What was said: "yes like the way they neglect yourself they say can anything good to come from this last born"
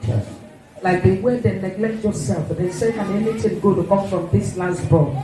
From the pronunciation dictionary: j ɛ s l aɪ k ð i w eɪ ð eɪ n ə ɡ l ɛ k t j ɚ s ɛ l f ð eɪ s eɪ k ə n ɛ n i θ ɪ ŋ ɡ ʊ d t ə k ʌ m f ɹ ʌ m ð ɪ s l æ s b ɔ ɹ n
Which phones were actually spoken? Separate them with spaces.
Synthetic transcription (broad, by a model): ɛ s l aɪ k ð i w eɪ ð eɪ n ə ɡ l ɛ k t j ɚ s ɛ l f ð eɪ s eɪ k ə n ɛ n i t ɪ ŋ ɡ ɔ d t ə k ʌ m f ɹ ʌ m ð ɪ s l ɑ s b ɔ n